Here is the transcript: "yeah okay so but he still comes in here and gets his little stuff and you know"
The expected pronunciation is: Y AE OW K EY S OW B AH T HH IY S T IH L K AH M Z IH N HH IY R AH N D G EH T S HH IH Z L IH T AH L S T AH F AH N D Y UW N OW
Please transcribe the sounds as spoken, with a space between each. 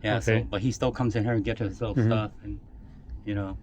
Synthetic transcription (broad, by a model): Y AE S OW B AH T HH IY S T IH L K AH M Z IH N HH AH R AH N G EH T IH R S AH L S T AH F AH N Y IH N OW